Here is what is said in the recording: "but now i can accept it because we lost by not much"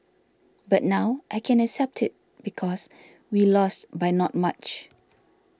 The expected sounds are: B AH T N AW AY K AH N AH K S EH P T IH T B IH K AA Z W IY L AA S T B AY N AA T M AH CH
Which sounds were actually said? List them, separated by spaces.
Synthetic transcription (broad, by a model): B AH T N AW AY K AH N AH K S EH P T IH T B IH K AA S W IY L AA S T B AY N AA T M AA CH